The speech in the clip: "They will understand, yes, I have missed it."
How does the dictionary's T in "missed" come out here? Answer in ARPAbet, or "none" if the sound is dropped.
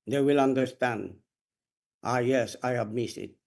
none